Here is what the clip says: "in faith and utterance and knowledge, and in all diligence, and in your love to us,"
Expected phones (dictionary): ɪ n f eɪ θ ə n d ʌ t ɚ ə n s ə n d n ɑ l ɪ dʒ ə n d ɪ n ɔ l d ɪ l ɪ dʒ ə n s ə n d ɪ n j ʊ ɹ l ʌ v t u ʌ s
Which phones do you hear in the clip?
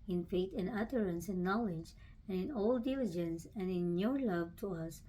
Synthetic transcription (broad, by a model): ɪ n f eɪ t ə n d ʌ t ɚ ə n s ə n n ɑ l ɪ dʒ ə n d ɪ n ɔ l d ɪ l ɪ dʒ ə n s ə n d ɪ n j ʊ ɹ l ʌ v t u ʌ s